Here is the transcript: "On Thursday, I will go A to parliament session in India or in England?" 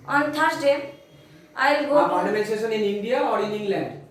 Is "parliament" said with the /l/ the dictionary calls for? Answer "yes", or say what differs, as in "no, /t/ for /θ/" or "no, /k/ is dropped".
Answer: no, /n/ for /l/